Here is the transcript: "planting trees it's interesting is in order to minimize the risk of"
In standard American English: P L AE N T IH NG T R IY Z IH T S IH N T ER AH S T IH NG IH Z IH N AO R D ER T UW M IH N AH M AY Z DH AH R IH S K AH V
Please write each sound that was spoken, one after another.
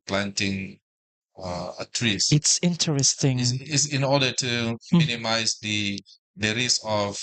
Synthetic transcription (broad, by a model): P L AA N T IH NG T R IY S IH T S IH N T ER AH S T IH NG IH S IH N AO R D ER T UW M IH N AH M AY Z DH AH R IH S AH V